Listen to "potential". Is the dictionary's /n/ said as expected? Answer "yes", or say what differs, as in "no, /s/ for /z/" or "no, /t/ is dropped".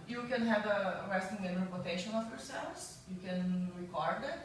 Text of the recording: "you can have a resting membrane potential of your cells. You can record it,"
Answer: no, /n/ is dropped